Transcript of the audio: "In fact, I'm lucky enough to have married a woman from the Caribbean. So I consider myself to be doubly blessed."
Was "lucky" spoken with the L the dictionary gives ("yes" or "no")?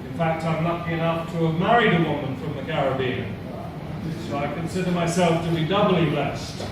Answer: no